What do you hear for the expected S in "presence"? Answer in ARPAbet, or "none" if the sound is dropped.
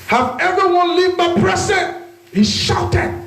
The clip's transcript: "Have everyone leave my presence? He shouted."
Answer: none